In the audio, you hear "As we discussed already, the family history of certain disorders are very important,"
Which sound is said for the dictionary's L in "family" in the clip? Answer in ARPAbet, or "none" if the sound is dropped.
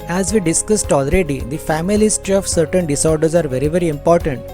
none